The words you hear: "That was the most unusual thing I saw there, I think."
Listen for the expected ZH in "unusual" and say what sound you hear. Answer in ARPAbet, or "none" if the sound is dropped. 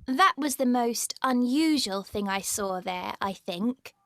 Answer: ZH